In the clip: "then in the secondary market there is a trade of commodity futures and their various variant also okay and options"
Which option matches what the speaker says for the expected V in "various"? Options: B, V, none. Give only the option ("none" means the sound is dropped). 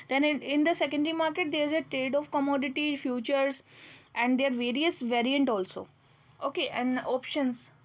V